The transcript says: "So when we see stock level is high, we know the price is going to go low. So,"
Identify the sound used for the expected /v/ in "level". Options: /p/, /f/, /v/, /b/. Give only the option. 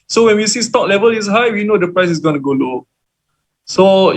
/v/